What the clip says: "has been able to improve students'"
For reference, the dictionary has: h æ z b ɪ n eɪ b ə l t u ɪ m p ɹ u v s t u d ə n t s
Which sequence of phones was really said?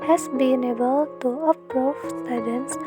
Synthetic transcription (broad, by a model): h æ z b ɪ n eɪ b ə l t u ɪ p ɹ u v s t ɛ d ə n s